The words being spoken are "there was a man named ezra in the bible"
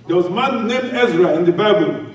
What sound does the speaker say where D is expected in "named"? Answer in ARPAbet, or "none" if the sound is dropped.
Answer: none